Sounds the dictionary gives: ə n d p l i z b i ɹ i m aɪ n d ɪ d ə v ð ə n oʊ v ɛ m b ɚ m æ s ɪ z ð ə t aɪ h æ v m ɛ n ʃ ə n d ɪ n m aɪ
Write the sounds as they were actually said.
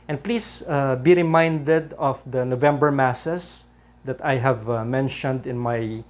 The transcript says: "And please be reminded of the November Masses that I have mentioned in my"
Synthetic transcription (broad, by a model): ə n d p l i s b i ɹ i m aɪ n d ɪ d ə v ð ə n oʊ v ɛ m b ɚ m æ s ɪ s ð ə t aɪ h æ v m ɛ n ʃ ə n d ɪ n m aɪ